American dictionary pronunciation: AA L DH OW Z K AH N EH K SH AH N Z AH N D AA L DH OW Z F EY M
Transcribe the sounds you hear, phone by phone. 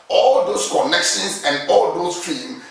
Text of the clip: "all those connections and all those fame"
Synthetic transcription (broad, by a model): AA L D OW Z K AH N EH K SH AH N S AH N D AA L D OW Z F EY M